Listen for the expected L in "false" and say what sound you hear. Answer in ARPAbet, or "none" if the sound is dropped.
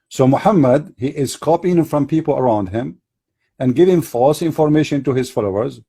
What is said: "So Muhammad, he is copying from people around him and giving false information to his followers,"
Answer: L